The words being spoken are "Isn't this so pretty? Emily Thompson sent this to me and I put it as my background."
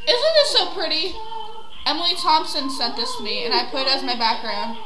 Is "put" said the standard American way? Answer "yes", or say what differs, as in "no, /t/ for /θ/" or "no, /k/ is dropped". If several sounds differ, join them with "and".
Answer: no, /t/ is dropped